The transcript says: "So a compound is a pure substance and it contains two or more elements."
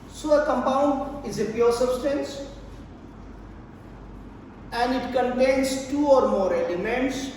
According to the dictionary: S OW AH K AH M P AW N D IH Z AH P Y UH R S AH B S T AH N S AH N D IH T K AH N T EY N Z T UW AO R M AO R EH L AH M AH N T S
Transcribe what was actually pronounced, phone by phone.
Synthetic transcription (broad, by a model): S OW AH K AH M P AW N D IH Z AH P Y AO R S AH B S T AH N S AH N D IH T K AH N T EY N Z T UW AO R M AO R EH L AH M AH N T S